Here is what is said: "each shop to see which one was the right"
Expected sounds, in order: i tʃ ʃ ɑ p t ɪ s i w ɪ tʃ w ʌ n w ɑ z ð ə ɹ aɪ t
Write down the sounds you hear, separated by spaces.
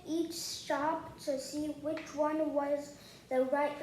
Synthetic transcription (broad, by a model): i tʃ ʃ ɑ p t ɪ s i w ɪ tʃ w ʌ n w ɑ z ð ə ɹ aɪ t